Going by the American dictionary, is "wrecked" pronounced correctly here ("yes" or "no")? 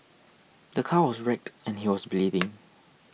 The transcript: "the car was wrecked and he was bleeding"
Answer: yes